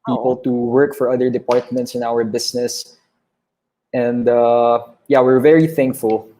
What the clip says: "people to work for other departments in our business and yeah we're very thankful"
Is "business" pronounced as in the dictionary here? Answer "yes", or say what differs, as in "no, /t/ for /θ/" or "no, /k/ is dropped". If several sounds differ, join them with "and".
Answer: no, /s/ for /z/